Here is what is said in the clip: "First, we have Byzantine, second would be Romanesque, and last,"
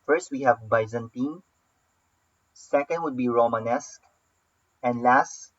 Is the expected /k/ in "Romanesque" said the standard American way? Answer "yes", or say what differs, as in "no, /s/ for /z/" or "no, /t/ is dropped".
yes